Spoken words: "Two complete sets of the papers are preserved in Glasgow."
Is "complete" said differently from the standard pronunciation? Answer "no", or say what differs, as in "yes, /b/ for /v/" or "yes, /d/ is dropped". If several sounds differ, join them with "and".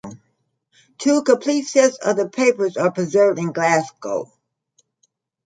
yes, /m/ is dropped